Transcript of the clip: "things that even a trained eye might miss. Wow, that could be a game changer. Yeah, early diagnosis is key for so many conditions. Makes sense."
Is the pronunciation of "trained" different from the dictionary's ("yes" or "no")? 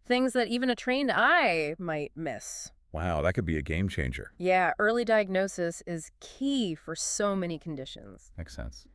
no